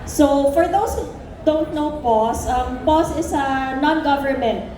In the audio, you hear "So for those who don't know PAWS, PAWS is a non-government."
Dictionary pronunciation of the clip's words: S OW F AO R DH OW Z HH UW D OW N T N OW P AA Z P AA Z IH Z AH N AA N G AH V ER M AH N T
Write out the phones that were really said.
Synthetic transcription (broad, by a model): S OW F AO R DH OW S HH UW D OW N T N OW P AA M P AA S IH S AH N AA N G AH V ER M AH N T